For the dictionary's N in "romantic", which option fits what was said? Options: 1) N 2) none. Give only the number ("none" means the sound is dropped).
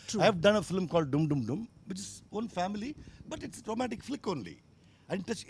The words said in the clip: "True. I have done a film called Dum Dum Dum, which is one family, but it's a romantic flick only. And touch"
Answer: 2